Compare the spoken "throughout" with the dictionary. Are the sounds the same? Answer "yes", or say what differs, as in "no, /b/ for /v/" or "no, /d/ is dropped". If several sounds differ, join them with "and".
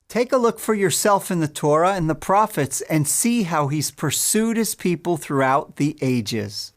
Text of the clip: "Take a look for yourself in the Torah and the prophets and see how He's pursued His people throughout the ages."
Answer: yes